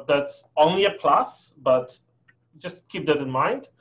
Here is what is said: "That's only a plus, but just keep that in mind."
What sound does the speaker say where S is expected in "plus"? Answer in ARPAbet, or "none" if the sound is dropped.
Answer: S